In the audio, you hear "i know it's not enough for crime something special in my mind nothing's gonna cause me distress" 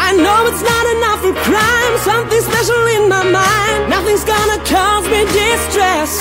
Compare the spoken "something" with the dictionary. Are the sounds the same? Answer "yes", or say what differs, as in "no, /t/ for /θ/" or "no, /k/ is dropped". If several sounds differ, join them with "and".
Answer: yes